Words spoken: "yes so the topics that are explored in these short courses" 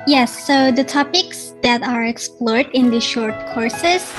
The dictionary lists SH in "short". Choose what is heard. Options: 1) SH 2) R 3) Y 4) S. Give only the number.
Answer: 1